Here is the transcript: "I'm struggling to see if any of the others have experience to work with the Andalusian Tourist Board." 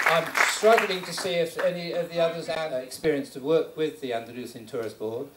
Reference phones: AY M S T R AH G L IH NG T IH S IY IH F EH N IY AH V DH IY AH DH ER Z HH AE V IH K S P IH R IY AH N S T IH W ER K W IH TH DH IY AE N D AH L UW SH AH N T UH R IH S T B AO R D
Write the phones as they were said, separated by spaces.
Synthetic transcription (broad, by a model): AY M S T R AH G L IH NG T IH S IY IH F EH N IY AH V DH IY AH DH ER Z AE IH K S P IH R IY AH N S T IH W ER K W IH DH IY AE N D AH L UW S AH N T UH R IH S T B AO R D